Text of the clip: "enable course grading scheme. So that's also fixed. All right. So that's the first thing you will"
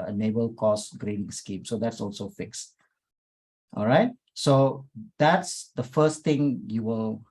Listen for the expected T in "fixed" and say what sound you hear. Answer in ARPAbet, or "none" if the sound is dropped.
T